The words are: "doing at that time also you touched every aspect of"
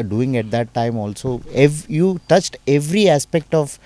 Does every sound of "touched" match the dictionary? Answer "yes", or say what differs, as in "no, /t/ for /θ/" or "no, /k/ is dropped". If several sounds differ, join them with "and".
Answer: yes